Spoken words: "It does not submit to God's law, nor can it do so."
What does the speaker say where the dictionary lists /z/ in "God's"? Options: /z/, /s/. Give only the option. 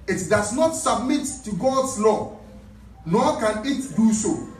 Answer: /s/